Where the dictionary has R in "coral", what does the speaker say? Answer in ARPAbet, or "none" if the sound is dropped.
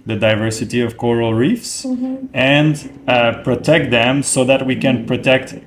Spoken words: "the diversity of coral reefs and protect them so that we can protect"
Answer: R